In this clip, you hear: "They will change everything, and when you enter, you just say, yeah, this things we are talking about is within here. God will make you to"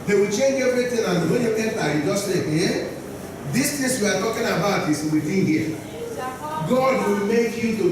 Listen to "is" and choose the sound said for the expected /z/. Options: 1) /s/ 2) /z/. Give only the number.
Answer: 1